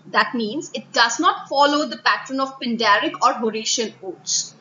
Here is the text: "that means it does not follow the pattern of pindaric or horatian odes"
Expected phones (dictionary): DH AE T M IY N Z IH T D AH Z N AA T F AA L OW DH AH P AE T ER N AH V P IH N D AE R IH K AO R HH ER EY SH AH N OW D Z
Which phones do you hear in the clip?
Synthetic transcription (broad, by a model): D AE T M IY N Z IH T D AH Z N AA T F AA L OW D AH P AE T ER N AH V P IH N D AE R IH K AO R HH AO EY SH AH N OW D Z